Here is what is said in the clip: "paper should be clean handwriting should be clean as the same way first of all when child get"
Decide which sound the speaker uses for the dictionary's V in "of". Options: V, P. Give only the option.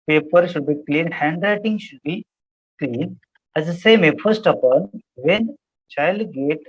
P